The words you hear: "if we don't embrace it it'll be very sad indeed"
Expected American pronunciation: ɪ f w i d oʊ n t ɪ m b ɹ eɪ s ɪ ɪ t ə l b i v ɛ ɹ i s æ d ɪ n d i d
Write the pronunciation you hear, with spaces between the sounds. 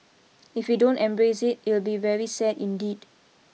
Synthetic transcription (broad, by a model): ɪ f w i d oʊ n t ɪ m b ɹ eɪ s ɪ ɪ t ə l b i v ɛ ɹ i s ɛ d ɪ n d i d